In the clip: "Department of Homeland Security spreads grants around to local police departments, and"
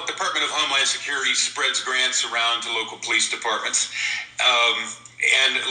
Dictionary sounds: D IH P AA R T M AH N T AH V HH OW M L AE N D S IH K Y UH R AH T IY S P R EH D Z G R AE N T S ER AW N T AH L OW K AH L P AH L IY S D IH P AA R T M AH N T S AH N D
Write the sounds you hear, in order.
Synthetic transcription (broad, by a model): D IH P AA R T M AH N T AH V HH OW M L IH N S IH K Y UH R AH T IY S P R EH D Z G R AE N T S ER AW N T AH L OW K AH L P AH L IY S D IH P AA R T M AH N T S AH N